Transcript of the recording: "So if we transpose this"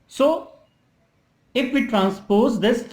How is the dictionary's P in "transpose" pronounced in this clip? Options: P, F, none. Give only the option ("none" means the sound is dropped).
P